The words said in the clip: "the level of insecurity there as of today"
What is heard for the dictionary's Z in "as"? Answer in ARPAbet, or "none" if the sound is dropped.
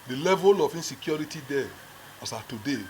S